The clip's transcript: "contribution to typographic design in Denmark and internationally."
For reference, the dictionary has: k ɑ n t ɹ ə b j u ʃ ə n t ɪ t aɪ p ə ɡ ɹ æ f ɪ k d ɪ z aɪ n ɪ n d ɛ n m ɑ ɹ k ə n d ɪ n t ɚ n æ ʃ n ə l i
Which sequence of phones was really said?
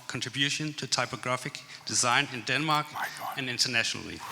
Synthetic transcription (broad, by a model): k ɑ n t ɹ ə b j u ʃ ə n t ɪ t aɪ p ə ɡ ɹ æ f ɪ k d ɪ z aɪ n ɪ n d ɛ n m ɑ ɹ k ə n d ɪ n t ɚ n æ ʃ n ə l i